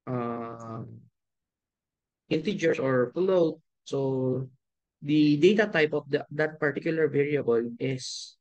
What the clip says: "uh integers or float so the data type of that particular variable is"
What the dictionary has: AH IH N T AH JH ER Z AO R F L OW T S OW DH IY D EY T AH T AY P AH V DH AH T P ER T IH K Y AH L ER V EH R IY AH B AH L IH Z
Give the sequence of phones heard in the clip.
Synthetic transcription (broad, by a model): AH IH N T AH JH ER S AO R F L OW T S OW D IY D EY T AH T AY P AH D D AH T P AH T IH K Y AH L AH V EH R IY AH B AH L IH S